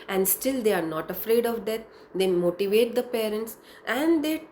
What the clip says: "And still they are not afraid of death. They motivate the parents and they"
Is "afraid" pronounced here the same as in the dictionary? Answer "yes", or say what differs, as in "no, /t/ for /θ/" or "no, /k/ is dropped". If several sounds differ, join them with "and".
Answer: yes